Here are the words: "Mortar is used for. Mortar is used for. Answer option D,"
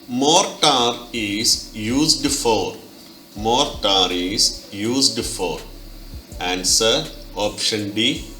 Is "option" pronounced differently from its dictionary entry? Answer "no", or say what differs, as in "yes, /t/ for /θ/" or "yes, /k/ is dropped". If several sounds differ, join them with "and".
no